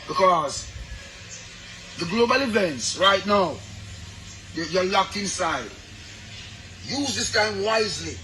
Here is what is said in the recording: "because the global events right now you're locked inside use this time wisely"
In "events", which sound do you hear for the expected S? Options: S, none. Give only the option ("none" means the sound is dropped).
S